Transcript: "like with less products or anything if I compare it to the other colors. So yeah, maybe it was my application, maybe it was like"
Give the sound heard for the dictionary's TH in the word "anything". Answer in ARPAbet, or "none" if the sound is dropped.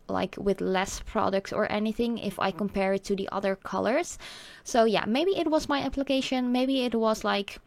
TH